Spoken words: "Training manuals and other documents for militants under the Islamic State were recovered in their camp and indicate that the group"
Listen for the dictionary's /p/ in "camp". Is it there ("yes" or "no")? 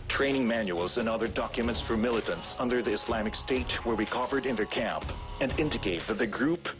yes